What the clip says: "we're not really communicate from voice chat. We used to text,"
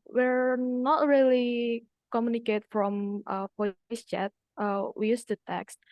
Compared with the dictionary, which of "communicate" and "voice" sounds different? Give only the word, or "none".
voice